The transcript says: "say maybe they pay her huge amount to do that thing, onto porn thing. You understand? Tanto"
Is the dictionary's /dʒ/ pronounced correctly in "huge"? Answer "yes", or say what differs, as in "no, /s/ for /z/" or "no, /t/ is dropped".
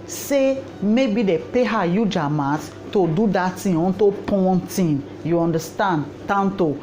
yes